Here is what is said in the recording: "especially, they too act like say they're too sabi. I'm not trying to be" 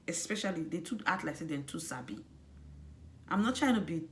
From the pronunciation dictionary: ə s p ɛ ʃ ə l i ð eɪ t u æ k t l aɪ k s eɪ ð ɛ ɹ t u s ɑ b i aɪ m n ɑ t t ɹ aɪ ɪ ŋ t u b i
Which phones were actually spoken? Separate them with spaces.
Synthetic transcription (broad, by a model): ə s p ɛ ʃ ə l i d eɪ t u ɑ t l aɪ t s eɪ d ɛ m t u s ɑ b i aɪ m n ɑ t t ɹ aɪ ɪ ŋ t u b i